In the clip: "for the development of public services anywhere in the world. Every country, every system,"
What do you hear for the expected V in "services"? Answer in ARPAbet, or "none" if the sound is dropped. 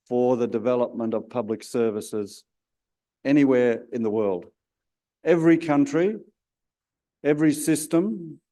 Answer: V